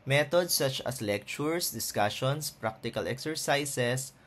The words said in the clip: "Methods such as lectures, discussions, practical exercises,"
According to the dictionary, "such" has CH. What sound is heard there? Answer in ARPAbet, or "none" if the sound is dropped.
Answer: CH